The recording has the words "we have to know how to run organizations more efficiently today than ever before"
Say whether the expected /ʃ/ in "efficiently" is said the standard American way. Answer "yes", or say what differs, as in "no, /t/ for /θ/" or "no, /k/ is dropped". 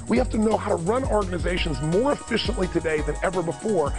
yes